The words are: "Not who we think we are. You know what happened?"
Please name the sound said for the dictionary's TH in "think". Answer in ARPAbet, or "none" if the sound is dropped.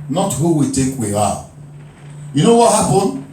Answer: T